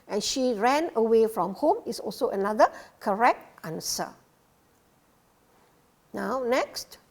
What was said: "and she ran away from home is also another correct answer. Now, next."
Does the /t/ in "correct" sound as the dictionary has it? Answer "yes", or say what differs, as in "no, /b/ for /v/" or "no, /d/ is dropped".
yes